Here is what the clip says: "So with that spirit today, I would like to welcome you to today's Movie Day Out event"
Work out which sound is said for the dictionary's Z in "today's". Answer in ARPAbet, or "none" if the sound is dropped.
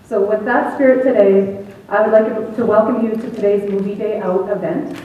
Z